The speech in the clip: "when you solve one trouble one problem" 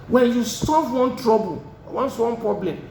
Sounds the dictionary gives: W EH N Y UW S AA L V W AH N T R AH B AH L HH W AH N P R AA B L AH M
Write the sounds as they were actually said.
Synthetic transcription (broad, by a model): W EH N Y UW S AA V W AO N T R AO B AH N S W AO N P R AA B L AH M